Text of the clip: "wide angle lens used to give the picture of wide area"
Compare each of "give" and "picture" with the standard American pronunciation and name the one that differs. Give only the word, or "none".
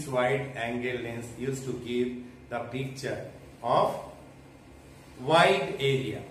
none